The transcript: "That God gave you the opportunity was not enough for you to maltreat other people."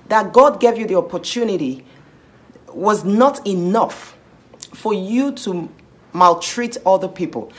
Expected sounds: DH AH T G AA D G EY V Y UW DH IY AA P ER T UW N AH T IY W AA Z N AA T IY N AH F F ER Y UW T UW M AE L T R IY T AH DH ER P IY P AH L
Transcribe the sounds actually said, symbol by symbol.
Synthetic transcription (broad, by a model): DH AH T G AA D G EY V Y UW DH IY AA P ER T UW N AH T IY W AA Z N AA T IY N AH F F ER Y UW T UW M AE L T R IY T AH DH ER P IY P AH L